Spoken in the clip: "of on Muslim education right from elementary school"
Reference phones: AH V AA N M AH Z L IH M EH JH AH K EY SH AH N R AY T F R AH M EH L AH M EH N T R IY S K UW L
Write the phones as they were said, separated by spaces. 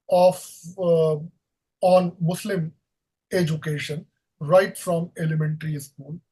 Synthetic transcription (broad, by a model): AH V AA N M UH S L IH M EH JH AH K EY SH AH N R AY T F R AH M EH L AH M EH N T R IY S K UW L